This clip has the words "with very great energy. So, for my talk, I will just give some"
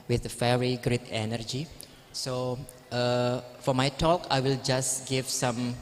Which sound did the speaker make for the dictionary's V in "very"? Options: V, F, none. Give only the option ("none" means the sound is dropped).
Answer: F